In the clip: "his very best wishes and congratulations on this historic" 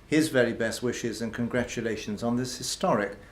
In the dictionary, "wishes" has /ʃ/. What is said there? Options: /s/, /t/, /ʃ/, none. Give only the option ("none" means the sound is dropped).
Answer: /ʃ/